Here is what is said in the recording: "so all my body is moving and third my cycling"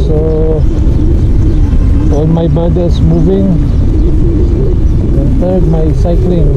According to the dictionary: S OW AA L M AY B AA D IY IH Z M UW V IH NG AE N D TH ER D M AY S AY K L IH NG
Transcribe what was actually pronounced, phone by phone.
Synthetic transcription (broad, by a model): S OW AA N M AY B AA D IY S M UW V IH NG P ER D M AY S AY K L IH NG